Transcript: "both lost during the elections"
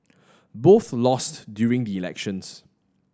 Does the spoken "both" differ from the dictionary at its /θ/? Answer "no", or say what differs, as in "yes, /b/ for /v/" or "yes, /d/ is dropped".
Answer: no